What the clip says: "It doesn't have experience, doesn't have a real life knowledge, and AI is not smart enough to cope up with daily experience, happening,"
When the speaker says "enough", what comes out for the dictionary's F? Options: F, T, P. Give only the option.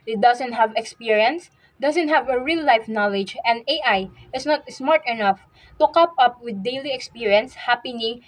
F